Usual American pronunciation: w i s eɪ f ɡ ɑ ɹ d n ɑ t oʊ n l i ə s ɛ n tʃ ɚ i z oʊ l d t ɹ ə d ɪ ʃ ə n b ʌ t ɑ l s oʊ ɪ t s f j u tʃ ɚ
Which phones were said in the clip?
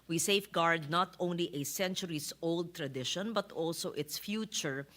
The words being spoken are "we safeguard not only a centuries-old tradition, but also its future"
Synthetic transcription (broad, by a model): w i s eɪ f ɡ ɑ ɹ d n ɑ t oʊ n l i ə s ɛ n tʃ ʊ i s oʊ l d t ɹ ə d ɪ ʃ ə n b ʌ t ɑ l s oʊ ɪ t s f j u tʃ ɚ